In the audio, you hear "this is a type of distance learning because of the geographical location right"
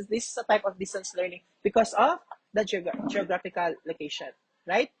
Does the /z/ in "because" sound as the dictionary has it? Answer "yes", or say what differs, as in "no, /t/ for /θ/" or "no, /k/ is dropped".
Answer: no, /s/ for /z/